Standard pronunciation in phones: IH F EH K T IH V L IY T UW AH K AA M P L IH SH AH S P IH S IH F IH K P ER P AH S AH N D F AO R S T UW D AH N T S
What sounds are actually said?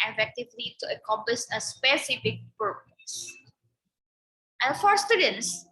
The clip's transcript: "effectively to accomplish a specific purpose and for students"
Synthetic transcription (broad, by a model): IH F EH K T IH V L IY T UW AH K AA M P IH S AH S P IH S IH F IH K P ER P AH S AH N F AO R S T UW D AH N T S